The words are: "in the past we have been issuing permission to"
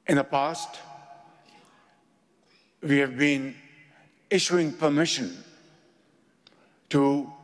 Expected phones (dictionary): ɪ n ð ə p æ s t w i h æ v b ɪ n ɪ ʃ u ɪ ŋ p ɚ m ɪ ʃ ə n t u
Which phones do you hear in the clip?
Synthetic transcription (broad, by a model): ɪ n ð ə p æ s t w i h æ v b ɪ n ɪ ʃ u ɪ ŋ p ɚ m ɪ ʃ ə n t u